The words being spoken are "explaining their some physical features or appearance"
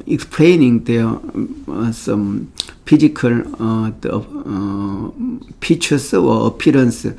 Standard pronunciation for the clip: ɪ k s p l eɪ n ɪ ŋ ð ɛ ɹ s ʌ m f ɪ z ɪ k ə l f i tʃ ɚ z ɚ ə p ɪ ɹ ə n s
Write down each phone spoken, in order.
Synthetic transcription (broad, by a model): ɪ k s p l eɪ n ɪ ŋ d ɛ s ʌ m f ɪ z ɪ k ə l p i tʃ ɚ s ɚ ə p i ɹ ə n s